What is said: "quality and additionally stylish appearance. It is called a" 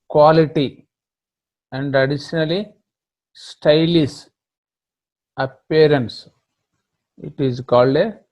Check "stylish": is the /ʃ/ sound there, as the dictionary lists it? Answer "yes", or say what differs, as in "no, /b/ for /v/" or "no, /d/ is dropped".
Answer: no, /s/ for /ʃ/